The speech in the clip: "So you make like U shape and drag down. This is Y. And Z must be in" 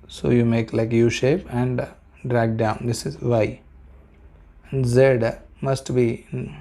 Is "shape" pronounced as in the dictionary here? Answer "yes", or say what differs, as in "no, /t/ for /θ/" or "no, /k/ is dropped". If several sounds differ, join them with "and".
yes